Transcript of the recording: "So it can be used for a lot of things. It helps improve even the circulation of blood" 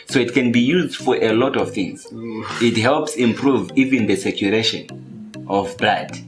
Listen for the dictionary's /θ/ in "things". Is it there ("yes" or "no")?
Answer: yes